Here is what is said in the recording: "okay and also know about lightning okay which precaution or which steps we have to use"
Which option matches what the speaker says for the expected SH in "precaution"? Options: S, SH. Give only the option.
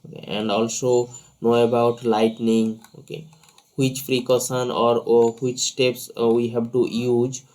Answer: S